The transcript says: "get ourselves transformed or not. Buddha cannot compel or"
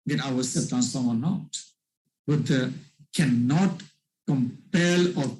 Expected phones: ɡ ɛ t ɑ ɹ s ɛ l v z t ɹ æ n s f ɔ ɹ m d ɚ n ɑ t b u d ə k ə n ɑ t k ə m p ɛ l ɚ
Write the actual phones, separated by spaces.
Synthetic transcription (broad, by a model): ɡ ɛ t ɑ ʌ s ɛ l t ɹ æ n s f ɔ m ɚ n ɑ t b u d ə k ə n ɑ t k ə m p ɛ l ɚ